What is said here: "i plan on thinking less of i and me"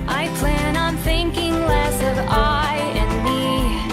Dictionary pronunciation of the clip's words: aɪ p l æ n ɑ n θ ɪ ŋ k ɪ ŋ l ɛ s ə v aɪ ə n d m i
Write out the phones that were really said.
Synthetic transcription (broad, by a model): aɪ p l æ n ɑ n θ ɪ ŋ k ɪ ŋ l ɛ s ə v aɪ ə n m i